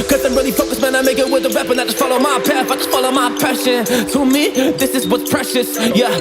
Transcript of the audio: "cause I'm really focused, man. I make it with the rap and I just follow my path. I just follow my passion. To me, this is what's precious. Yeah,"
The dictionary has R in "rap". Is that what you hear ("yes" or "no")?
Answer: no